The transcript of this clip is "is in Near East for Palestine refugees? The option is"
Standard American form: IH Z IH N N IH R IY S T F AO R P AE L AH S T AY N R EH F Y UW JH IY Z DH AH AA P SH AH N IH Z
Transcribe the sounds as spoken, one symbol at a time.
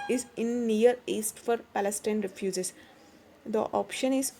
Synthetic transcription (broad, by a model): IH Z IH N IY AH R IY S T F AO R P AE L AH S T AY N R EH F Y UW JH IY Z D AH AA P SH AH N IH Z